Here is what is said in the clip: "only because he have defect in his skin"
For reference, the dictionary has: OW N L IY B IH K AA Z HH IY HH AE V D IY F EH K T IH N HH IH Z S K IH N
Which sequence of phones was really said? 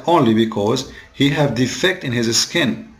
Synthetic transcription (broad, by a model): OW N L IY B IH K AA Z HH IY HH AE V D IY F EH K T IH N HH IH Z S K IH N